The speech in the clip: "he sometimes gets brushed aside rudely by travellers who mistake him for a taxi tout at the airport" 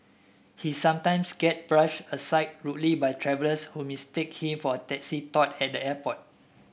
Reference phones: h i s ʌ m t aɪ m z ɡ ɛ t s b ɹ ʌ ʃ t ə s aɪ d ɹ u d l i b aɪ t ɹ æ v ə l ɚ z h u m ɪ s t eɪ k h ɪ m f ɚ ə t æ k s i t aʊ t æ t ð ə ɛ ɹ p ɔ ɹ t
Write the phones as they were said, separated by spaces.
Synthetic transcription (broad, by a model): h i s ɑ m t aɪ m s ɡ ɛ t b ɹ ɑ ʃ ə s aɪ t ɹ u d l i b aɪ t ɹ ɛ v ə l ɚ s h u m ɪ s t eɪ k h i m f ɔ ə t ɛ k s i t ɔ t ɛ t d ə ɛ p ɔ t